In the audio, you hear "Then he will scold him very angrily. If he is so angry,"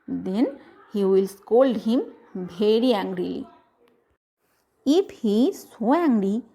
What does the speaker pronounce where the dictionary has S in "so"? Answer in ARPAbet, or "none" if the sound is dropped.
S